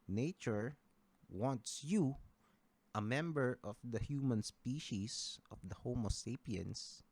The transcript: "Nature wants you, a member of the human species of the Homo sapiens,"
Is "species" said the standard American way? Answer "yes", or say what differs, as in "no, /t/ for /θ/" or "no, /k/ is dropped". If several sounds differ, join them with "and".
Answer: no, /s/ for /z/